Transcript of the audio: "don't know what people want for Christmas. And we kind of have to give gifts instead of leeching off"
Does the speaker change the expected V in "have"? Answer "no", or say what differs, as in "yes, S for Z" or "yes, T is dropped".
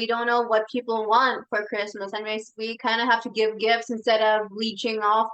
yes, F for V